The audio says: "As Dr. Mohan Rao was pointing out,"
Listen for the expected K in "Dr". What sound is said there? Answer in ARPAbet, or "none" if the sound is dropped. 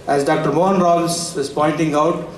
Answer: K